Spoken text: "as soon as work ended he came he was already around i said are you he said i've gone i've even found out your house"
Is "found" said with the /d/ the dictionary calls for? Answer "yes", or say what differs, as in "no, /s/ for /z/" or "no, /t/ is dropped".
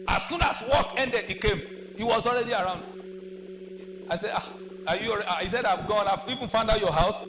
yes